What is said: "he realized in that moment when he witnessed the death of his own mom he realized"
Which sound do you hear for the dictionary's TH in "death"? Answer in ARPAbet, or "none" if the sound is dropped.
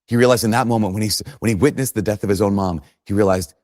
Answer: TH